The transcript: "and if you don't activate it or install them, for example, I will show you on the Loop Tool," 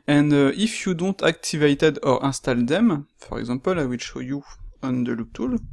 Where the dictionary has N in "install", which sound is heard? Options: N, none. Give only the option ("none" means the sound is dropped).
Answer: none